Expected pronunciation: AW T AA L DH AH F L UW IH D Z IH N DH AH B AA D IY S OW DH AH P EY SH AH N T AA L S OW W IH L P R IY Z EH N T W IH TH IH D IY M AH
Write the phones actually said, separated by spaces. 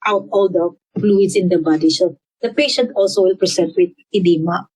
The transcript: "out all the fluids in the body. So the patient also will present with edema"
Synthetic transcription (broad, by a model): AW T AA L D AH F L UW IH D S IH N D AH B AA D IY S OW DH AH P EY SH AH N T AA L S OW W IH L P R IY S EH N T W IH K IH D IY M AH